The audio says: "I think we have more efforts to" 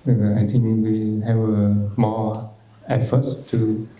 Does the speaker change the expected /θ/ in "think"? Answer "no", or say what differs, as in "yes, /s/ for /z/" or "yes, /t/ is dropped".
yes, /t/ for /θ/